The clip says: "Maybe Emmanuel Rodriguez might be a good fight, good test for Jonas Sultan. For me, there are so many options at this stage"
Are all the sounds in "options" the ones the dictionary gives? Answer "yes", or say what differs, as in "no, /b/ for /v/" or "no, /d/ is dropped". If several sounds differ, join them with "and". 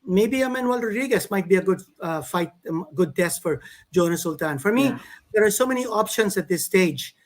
no, /s/ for /z/